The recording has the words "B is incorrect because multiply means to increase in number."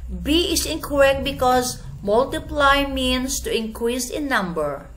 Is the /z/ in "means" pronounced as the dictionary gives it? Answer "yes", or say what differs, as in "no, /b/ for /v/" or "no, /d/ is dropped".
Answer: no, /s/ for /z/